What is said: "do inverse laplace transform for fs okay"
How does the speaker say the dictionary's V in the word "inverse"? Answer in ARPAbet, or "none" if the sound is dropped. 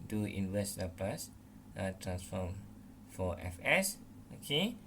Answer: W